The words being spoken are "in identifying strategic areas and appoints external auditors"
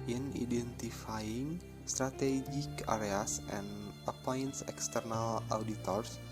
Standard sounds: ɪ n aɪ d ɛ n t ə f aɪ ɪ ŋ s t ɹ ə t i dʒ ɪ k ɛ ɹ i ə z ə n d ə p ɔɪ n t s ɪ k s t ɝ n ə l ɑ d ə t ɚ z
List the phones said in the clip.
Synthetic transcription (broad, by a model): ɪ n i d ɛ n t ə f aɪ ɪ ŋ s t ɹ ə t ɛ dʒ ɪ k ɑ ɹ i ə s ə n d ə p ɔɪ n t s ɪ k s t ɝ n ə l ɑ d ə t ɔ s